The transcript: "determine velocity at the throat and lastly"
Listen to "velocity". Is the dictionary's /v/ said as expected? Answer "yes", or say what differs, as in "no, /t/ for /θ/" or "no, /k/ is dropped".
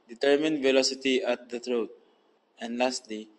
yes